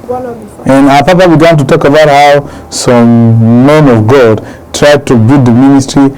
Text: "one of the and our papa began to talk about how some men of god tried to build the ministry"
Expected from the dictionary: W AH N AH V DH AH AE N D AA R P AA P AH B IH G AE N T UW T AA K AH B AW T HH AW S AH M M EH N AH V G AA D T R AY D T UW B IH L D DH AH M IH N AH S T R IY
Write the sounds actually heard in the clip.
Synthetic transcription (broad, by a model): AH N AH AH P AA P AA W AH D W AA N T UW T AA K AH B AW T HH AW S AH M M EH N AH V G AA D T R AY D T UW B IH D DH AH M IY N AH S T R IY